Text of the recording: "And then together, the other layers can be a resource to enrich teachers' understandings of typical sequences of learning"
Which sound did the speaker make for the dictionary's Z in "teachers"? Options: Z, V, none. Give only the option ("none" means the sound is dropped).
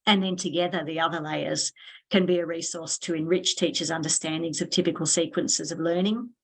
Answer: Z